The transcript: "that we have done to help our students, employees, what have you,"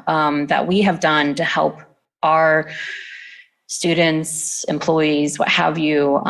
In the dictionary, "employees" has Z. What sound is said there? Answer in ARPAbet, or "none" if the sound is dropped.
Z